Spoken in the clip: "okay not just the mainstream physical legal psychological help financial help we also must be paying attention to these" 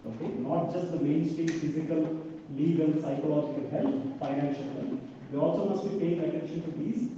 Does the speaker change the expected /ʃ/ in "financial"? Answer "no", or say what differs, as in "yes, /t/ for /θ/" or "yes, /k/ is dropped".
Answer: no